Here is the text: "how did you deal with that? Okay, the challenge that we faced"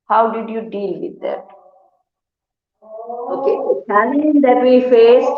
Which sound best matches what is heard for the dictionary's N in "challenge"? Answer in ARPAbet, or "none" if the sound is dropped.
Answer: none